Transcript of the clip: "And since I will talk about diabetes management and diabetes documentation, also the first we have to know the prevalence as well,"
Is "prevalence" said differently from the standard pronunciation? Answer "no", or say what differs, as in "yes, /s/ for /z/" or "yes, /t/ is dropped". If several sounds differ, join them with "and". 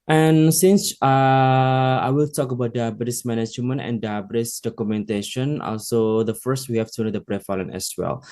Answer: yes, /f/ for /v/ and /s/ is dropped